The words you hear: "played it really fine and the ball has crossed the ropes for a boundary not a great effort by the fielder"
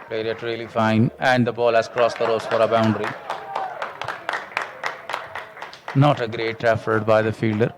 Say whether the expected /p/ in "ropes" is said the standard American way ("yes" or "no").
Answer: no